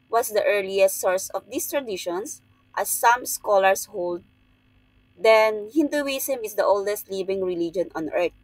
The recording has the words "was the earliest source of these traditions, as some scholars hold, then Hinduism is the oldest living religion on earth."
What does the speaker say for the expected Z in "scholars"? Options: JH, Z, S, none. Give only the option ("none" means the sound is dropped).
S